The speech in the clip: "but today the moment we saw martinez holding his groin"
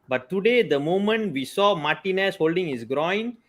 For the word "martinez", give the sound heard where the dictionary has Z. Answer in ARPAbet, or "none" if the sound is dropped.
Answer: S